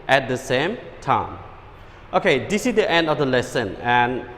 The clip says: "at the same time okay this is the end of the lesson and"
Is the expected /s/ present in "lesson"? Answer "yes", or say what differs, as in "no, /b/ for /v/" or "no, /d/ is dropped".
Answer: yes